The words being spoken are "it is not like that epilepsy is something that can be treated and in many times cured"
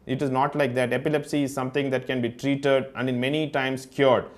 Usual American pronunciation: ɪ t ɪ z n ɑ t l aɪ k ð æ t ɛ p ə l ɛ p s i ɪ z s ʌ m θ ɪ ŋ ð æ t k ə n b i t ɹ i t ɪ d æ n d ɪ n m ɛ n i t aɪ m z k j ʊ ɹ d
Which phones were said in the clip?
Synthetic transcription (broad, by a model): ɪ t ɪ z n ɑ t l aɪ k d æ t ɛ p ə l ɛ p s i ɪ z s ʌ m t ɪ ŋ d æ t k ə n b i t ɹ i t ɪ d æ n d ɪ n m ɛ n i t aɪ m s k j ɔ ɹ d